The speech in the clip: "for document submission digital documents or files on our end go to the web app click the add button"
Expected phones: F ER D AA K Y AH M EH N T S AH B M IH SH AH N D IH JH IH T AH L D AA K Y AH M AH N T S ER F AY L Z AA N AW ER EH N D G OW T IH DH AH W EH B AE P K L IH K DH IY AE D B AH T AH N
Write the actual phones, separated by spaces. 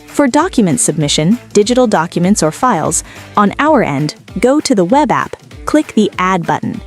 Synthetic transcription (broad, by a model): F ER D AA K Y AH M EH N T S AH B M IH SH AH N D IH JH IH T L D AA K Y AH M AH N T S ER F AY L Z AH N AW ER EH N D G OW T IH DH AH W EH B AE P K L IH K DH IY AE D B AH T N